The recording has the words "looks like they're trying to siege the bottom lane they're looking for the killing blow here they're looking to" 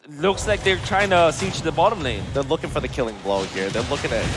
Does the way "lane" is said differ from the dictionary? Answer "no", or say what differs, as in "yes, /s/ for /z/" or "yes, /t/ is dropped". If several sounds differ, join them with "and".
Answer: yes, /n/ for /l/